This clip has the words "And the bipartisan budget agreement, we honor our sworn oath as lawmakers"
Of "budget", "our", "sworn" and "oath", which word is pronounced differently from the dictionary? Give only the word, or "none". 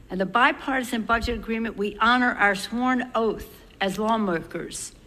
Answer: none